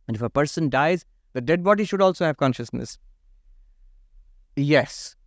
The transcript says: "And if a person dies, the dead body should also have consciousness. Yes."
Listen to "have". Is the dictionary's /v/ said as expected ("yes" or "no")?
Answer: yes